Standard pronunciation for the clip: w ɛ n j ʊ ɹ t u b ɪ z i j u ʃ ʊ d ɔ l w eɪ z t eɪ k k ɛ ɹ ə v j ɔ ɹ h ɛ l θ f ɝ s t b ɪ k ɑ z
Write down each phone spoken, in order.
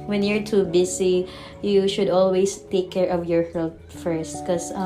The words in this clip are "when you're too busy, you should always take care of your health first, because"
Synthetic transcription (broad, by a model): w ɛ n j ʊ ɹ t u b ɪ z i j u ʃ ʊ d ɔ l w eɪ s t eɪ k k ɛ ɹ ə v j ɔ ɹ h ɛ l t f ɝ s t k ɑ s